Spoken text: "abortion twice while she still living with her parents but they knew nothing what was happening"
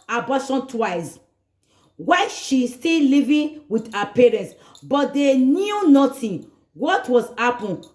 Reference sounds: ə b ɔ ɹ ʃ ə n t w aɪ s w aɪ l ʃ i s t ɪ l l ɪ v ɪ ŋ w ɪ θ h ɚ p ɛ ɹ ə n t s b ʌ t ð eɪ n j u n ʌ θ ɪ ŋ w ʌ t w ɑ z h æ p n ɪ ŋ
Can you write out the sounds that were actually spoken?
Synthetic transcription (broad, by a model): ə b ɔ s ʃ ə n t w aɪ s w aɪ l ʃ i s t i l l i v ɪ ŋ w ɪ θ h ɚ p ɛ ɹ ə n t s b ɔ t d eɪ n j u n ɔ t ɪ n w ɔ t w ɑ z h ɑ p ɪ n